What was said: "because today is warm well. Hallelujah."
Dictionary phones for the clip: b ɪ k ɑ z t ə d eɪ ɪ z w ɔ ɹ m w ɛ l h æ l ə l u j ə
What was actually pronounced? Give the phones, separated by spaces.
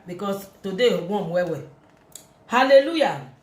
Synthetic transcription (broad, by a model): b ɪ k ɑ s t ə d eɪ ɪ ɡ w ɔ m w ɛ w h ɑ l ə l u j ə